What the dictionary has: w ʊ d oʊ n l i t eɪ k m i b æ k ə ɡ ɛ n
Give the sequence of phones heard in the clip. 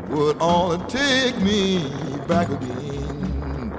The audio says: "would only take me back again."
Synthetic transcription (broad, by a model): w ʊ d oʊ l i t eɪ k m i b æ k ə ɡ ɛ n